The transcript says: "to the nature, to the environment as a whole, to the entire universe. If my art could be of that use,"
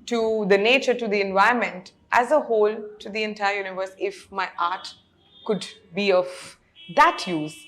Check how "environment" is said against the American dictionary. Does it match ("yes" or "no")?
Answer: no